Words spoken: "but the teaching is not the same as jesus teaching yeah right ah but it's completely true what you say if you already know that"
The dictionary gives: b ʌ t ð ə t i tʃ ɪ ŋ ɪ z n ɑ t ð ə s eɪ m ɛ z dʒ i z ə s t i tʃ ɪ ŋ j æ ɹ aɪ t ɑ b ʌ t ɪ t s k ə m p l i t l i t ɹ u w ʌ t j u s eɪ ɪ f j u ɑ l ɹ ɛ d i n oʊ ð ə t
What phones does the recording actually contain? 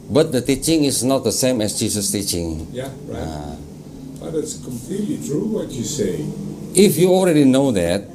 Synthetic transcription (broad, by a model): b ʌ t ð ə t i tʃ ɪ ŋ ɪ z n ɑ t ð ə s eɪ m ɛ s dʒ i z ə s t i tʃ ɪ ŋ j æ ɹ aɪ ɑ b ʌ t ɪ t s k ə m p l i t l i t ɹ u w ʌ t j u s eɪ ɪ f j u ɑ l ɹ ɛ d i n oʊ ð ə t